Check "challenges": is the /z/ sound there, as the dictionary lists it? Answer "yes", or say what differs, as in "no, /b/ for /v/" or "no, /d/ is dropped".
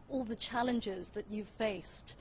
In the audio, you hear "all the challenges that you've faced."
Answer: yes